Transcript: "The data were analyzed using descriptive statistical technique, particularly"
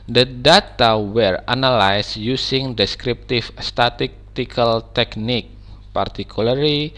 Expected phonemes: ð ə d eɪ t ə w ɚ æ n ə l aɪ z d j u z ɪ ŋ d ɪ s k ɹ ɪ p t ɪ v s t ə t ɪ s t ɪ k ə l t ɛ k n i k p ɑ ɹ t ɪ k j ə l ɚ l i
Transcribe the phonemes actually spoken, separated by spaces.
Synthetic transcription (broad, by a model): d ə d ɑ t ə w ɚ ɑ n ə l aɪ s j u s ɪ ŋ d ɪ s k ɹ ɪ p t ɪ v s t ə t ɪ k t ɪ k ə l t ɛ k n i k p ɑ ɹ t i k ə l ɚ l i